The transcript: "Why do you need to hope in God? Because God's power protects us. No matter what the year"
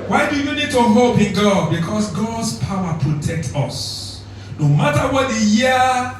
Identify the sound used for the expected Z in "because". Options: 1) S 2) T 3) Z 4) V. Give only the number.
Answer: 1